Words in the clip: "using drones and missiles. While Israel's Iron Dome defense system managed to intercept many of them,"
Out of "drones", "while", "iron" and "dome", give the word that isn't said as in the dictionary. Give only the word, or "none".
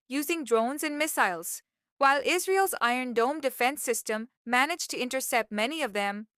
none